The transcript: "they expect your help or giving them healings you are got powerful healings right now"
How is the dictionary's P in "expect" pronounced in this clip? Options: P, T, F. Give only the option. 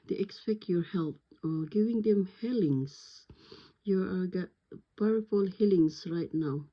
P